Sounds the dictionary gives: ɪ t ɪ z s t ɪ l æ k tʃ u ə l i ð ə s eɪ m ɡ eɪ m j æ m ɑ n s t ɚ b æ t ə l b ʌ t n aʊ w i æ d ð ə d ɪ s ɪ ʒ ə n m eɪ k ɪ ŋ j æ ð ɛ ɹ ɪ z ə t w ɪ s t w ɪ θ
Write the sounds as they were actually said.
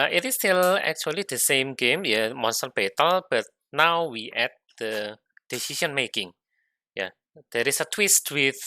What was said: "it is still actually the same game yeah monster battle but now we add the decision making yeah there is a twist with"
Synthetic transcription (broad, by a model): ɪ t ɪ s t ɪ l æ k tʃ u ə l i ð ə s eɪ m ɡ eɪ m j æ m ɑ n s t ɚ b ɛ t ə l b ʌ t n aʊ w i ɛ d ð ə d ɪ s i ʃ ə n m eɪ k ɪ ŋ j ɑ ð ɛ ɹ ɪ s ə t w ɪ s t w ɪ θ